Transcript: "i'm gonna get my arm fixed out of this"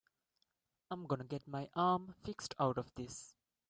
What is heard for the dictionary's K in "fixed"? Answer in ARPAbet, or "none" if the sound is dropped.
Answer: K